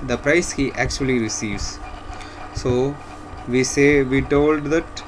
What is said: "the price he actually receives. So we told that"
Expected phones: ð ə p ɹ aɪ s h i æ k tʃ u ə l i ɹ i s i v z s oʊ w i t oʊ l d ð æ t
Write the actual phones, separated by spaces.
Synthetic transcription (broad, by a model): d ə p ɹ aɪ s h i æ k tʃ u ə l i ɹ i s i v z s oʊ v i t oʊ l d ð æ t